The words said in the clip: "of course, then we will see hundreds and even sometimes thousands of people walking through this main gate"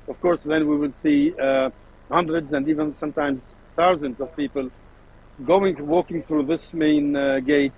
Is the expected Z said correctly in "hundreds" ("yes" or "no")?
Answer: yes